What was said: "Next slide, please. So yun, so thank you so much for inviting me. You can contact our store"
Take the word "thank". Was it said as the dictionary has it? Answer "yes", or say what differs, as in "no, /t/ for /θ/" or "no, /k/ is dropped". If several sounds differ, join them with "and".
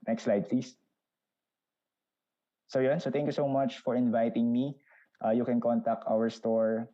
no, /t/ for /θ/